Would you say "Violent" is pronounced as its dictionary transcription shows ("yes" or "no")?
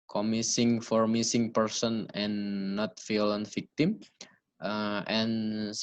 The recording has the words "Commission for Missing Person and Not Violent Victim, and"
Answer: no